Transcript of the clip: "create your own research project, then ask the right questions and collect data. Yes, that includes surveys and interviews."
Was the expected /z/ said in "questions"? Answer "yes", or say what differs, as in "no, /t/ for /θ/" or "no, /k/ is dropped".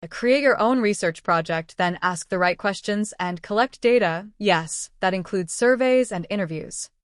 yes